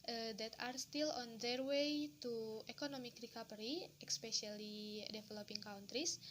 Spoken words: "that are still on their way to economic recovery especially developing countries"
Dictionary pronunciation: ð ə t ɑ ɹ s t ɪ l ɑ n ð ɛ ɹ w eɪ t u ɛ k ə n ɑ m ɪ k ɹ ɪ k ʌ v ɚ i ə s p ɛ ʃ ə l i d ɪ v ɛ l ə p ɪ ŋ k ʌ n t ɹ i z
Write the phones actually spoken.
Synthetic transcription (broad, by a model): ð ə t ɑ ɹ s t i l ɑ n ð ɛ ɹ w eɪ t u ɛ k ə n ɑ m ɪ k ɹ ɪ k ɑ p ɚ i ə s p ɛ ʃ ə l i d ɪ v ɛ l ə p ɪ ŋ k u n t ɹ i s